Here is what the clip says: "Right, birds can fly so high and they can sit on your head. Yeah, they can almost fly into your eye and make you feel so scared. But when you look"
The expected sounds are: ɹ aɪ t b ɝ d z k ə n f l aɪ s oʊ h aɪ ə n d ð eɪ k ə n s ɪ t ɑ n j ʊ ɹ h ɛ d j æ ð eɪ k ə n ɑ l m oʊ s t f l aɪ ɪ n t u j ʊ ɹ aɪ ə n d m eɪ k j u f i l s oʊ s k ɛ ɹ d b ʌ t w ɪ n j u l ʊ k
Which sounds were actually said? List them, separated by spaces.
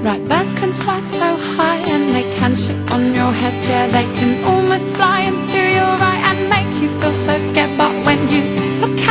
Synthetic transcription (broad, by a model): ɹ aɪ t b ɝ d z k ə n f l aɪ s oʊ h aɪ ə n ð eɪ k ə n ʃ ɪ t n j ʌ ɹ h ɛ d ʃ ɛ ð eɪ k ə n ɑ l m oʊ s t f l aɪ ɪ n t u j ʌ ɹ aɪ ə n m eɪ k j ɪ f i l s oʊ s k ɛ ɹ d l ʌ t w ɪ n j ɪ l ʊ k